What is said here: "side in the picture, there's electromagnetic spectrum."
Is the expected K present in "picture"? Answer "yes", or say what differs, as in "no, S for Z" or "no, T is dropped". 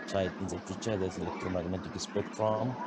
no, K is dropped